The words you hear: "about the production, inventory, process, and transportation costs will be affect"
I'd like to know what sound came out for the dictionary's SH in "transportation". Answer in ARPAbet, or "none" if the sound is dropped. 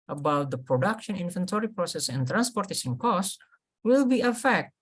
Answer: S